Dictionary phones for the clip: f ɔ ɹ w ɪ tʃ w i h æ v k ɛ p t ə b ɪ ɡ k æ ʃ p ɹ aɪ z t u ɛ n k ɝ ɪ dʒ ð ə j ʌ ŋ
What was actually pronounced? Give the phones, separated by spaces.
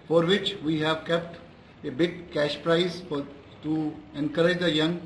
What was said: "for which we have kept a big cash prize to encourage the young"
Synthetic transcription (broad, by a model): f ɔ ɹ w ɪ tʃ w i h æ v k ɛ p t ə b ɪ ɡ k æ ʃ p ɹ aɪ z t u ɛ n k ɝ ɪ dʒ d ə j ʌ ŋ